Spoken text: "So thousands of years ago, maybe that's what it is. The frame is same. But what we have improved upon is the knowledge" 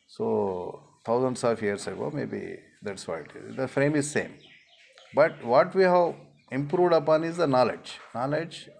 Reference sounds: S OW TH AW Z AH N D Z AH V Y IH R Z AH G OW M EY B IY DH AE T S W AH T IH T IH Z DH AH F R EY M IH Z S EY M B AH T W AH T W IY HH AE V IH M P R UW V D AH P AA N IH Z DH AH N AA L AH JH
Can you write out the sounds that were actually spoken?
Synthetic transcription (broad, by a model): S OW T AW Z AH N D S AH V Y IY R S AH G OW M EY B IY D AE T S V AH IH T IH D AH F R EY M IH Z S EY M B AH T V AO T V IY HH AE V IH M P R UW V D AH P AA N IH Z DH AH N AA L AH JH